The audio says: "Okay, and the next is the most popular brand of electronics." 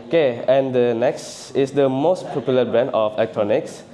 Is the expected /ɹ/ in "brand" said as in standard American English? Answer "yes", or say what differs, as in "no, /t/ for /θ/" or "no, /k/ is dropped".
no, /ɹ/ is dropped